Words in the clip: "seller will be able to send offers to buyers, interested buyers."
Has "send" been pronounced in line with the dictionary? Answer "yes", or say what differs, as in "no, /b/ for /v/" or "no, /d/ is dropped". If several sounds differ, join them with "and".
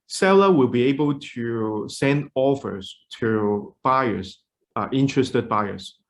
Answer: yes